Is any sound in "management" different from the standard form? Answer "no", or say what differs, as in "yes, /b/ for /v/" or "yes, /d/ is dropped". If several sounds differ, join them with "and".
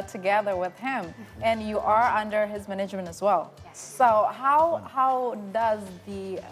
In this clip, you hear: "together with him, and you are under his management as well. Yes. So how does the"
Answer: no